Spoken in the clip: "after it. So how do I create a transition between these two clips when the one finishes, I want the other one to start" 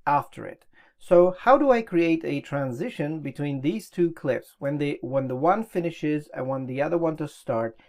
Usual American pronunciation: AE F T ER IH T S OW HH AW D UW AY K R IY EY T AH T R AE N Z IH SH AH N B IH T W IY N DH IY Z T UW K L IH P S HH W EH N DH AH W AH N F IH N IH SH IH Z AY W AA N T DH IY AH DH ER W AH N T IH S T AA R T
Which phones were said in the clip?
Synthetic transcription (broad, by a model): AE F T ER IH T S OW HH AW D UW AY K R IY EY T AH T R AE N Z IH SH AH N B IH T W IY N DH IY Z T UW K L IH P S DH W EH N DH AH W AH N F IH N IH SH IH Z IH W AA N DH IY AH DH ER W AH N T IH S T AA R T